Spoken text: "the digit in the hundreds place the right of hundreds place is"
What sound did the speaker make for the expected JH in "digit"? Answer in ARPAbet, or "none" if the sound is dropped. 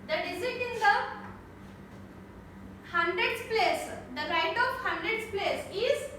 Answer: Z